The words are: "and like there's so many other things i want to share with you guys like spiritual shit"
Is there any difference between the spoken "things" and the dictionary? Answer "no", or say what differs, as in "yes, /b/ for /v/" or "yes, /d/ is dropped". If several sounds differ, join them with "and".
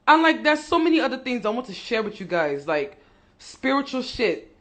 no